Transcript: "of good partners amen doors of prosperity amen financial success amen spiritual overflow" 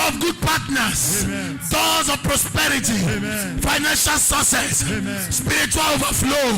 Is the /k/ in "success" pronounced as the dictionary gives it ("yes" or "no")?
no